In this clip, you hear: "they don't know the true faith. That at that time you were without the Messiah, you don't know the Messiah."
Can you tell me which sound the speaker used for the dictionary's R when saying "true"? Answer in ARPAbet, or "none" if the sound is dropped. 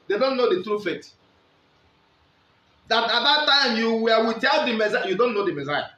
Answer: R